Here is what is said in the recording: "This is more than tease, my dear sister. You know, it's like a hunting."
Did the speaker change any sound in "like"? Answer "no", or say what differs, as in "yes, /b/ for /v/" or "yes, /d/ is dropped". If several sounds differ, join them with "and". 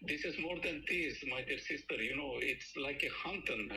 no